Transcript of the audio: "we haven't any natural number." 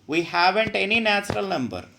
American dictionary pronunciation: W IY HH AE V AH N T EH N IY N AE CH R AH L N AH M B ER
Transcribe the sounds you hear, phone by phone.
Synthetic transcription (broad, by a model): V IY HH AE V AH N T EH N IY N AE CH R AH L N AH M B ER